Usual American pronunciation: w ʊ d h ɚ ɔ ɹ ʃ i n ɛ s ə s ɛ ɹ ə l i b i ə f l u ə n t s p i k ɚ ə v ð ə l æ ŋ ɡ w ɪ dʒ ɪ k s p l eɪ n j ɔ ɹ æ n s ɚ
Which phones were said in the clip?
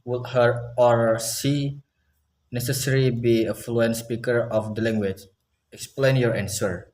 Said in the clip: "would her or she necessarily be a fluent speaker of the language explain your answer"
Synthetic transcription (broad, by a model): w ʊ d h ɚ ɔ ɹ s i n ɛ s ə s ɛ ɹ i b i ə f l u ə n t s p i k ɚ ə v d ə l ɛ ŋ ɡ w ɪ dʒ ɪ k s p l eɪ n j ɔ ɹ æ n s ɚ